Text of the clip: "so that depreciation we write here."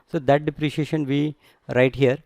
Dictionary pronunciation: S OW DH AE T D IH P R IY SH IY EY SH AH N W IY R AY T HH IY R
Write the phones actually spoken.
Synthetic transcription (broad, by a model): S OW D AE T D IH P R IY SH IY EY SH AH N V IY R AY T HH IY R